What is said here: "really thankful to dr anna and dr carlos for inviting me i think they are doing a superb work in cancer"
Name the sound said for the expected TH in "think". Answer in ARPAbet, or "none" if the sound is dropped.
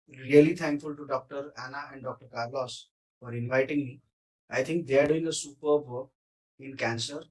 T